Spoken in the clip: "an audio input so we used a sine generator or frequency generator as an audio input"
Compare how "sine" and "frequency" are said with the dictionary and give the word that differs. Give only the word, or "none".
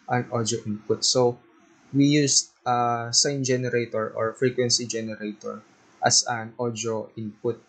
none